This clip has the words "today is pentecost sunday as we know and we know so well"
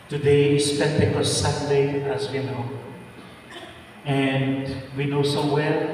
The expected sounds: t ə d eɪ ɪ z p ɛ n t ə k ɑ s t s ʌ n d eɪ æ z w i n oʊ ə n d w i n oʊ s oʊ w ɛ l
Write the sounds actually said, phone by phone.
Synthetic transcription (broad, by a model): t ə d eɪ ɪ s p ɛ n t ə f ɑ s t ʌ d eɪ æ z w i n oʊ ə n d w i n oʊ s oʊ w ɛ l